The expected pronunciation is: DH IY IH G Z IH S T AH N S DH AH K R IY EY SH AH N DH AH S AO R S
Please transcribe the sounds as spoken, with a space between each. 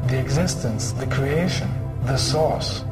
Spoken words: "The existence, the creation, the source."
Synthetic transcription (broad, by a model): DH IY IH G Z IH S T AH N S DH AH K R IY EY SH AH N DH AH S AO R S